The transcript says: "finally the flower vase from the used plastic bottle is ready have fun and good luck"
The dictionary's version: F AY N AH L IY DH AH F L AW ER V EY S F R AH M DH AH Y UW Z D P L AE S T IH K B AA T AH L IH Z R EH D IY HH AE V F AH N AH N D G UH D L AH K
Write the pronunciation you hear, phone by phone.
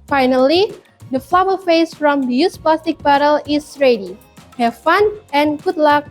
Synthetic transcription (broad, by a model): F AY N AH L IY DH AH F L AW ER F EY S F R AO M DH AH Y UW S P L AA S T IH K B AA T AH L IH S R EH D IY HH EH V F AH N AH N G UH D L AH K